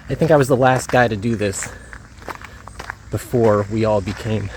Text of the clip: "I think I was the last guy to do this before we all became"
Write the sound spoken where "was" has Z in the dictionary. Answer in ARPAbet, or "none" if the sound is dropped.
Z